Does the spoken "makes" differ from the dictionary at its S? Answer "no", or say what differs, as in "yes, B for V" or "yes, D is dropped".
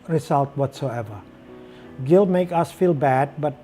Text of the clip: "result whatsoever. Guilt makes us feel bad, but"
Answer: yes, S is dropped